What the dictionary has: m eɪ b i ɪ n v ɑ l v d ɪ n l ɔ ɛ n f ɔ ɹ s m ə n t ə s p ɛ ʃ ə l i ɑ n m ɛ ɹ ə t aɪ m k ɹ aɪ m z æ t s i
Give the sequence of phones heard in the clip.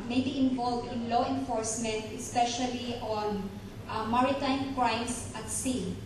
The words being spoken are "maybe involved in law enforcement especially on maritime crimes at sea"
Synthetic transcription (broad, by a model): m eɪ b i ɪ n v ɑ l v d ɪ n l ɔ ɛ n f ɔ ɹ s m ə n t ə s p ɛ ʃ ə l i ɑ n m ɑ ɹ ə t aɪ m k ɹ aɪ m s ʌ t s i